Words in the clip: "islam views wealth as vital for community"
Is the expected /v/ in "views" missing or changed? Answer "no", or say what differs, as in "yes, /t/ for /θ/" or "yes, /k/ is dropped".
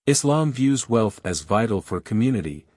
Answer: no